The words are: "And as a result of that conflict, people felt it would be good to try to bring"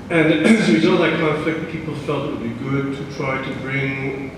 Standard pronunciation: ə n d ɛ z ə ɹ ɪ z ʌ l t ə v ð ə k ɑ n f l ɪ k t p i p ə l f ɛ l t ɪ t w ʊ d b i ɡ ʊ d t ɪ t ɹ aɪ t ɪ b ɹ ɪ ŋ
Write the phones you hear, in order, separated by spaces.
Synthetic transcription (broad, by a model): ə n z ə w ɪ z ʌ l ə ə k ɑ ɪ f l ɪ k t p i p l f ɛ l t ɪ t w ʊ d b i ɡ ʊ d t ɪ t ɹ aɪ t ɪ b ɹ ɪ ŋ